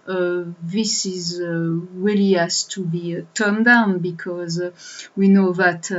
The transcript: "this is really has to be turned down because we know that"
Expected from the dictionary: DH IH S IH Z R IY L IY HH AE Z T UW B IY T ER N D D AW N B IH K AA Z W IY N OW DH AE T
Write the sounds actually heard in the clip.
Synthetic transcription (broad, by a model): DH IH S IH Z R IY L IY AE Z T UW B IY T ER N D D AW N B IH K AA Z W IY N OW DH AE T